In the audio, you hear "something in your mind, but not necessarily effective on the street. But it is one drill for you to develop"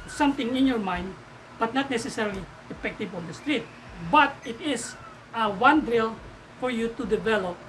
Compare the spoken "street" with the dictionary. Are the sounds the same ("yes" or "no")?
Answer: yes